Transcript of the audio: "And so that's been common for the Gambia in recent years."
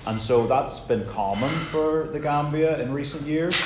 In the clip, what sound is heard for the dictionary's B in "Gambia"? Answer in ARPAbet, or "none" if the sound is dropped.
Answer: B